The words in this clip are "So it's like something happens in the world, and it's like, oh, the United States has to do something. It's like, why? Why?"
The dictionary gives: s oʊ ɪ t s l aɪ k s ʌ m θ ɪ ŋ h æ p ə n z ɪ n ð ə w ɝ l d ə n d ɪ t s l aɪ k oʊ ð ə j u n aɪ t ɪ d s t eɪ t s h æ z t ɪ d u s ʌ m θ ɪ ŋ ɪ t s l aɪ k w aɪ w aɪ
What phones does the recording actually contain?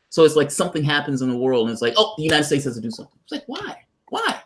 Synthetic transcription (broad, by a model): s oʊ ɪ t s l aɪ k s ʌ m θ ɪ ŋ h æ p ə n z ɪ n ð ə w ɝ l d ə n ɪ t s l aɪ k oʊ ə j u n aɪ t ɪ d s t eɪ t s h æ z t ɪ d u s ʌ m θ ɪ ŋ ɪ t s l aɪ k w aɪ w aɪ